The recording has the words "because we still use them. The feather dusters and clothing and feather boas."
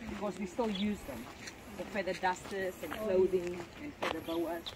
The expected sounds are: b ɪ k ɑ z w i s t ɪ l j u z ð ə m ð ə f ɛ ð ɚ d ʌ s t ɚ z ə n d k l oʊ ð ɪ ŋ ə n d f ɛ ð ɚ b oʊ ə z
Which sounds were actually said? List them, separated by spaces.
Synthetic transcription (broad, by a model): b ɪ k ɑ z w i s t ɪ l j u z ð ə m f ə f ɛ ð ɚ d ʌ s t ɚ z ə n k l oʊ ð ɪ ŋ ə n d f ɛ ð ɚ b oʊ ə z